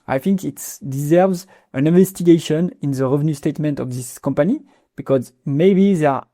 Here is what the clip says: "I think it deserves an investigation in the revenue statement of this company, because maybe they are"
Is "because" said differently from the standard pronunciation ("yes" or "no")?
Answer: no